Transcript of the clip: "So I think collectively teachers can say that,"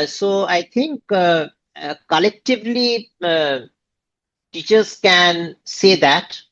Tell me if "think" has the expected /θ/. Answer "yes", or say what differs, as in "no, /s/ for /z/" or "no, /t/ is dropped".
no, /t/ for /θ/